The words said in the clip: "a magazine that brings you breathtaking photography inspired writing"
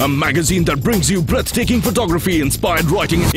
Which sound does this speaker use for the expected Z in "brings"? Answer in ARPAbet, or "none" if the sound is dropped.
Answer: Z